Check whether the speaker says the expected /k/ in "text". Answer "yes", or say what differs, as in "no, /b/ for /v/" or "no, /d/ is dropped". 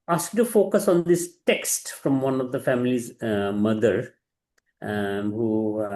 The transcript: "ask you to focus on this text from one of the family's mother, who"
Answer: yes